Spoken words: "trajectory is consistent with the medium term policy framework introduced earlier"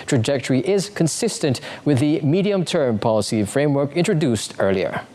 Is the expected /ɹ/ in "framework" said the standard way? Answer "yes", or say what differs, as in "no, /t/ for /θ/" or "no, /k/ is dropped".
yes